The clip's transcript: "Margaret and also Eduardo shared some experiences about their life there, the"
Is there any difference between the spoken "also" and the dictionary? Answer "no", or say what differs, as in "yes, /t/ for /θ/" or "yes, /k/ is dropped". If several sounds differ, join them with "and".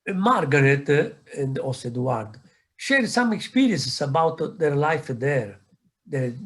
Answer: yes, /l/ is dropped